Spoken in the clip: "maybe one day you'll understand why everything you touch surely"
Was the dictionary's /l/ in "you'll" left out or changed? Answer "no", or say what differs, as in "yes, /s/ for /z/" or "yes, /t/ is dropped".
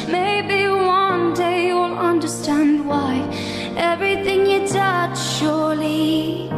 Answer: no